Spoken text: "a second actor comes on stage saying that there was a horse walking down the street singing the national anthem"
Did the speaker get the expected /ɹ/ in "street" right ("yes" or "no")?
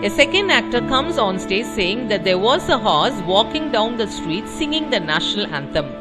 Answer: yes